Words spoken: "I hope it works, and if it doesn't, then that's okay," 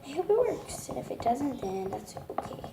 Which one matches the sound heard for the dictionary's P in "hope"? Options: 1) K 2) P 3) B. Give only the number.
3